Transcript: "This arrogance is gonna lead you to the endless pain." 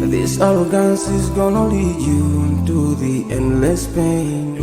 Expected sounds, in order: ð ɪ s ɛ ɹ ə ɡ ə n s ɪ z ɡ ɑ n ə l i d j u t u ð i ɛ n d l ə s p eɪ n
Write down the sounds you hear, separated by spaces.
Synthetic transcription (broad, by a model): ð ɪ s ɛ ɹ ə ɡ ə n s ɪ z ɡ ɑ n ə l i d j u t u ð i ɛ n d l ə s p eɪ n